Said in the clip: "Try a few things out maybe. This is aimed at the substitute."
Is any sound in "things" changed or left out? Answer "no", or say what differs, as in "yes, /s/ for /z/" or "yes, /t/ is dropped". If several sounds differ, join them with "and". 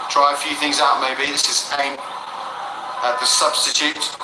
no